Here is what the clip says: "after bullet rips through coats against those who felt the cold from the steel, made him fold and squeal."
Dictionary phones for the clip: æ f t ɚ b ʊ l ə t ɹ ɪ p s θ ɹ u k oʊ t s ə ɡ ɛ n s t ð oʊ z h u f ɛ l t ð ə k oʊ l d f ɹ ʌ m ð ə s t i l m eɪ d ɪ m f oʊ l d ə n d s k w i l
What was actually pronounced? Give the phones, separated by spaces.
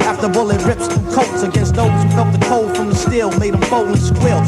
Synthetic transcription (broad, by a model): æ f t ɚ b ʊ l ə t ɹ ɪ p s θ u k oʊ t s ə ɡ ɛ n s t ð oʊ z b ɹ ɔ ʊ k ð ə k oʊ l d f ɹ ʌ m ð ə s t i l m eɪ d ɪ m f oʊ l ə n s k w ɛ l